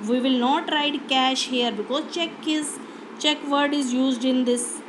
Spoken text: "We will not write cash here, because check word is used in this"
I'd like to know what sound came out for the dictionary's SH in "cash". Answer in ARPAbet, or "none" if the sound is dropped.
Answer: SH